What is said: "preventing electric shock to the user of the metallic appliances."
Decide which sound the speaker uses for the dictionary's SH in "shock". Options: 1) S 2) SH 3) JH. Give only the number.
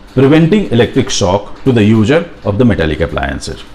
1